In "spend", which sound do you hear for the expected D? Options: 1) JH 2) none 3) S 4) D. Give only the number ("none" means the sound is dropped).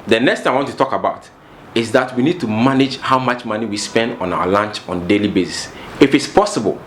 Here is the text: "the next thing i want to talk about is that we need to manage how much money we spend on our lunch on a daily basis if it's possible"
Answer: 4